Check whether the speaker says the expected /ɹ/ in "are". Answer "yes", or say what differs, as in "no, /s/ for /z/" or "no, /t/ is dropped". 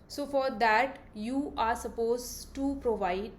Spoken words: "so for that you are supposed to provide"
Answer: yes